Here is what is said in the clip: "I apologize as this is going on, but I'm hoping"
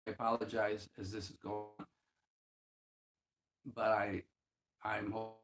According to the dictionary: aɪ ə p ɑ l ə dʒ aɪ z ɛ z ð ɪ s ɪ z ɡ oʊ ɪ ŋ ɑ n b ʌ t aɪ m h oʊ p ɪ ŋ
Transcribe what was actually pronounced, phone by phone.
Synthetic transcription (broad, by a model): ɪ ə p ɑ l ə dʒ aɪ z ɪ z ð ɪ s ɪ z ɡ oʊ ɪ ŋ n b ʌ t aɪ m h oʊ